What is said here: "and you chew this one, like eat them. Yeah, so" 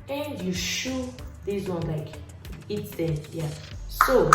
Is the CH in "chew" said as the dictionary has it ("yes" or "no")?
no